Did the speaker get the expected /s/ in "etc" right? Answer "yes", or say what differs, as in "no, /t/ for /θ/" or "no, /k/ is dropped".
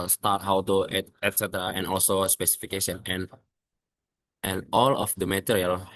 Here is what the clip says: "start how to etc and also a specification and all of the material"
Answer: yes